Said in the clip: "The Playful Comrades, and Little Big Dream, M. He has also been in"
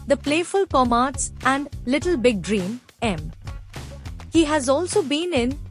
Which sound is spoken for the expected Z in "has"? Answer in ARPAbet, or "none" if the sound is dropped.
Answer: Z